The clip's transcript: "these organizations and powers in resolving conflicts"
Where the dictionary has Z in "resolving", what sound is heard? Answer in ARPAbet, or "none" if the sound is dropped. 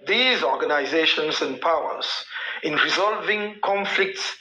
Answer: Z